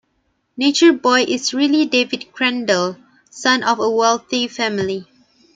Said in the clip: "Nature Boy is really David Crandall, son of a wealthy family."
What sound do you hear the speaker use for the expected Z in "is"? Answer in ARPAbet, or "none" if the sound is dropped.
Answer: S